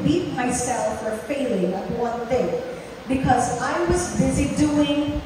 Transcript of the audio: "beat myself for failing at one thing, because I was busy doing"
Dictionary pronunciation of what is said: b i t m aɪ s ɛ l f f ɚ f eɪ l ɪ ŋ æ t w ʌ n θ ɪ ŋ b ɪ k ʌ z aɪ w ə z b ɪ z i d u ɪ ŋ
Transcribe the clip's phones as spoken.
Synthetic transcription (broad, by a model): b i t m aɪ s ɛ l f f ɚ f eɪ l ɪ ŋ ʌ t w ʌ n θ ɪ ŋ b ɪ k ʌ z aɪ w ə z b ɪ z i d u ɪ ŋ